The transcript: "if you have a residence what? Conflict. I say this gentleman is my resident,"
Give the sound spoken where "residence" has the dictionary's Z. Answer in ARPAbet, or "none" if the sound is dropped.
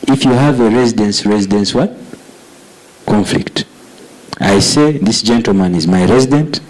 Z